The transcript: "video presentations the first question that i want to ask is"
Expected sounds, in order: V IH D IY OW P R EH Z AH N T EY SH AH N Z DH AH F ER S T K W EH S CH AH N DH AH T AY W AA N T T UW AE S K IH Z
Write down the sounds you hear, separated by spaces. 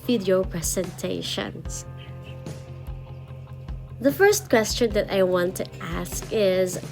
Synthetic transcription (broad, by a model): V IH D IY OW P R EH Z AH N T EY SH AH N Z DH AH F ER S T K W EH S CH AH N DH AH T AY W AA N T T UW AE S K IH Z